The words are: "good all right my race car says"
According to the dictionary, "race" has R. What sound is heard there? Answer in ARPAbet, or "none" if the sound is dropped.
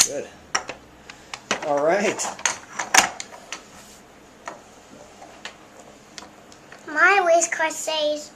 W